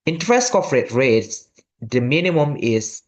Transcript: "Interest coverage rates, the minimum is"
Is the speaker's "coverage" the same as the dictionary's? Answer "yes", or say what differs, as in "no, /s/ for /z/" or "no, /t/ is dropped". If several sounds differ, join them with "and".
no, /f/ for /v/